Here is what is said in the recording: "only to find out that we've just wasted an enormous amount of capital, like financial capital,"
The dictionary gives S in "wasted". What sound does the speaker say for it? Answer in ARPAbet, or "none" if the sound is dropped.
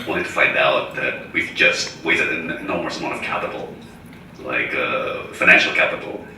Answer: none